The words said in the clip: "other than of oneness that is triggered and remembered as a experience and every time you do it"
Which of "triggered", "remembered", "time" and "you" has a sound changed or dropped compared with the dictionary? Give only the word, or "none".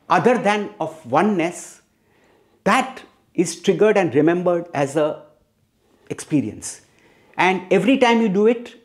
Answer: none